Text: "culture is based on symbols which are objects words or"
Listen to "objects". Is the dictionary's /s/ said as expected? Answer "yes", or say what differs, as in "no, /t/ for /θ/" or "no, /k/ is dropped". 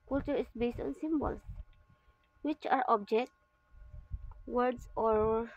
no, /s/ is dropped